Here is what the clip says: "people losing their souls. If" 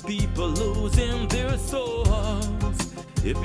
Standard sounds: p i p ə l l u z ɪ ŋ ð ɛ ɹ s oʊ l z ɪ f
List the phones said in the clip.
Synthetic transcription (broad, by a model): p i p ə l l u z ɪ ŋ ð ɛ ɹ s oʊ z ɪ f